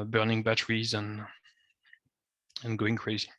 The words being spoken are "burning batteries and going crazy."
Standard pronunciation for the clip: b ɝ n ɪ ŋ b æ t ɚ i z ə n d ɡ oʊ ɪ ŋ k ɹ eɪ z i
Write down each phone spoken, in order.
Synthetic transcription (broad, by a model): b ɝ n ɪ ŋ b æ t ɚ i z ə n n ɡ oʊ ɪ ŋ k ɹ eɪ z i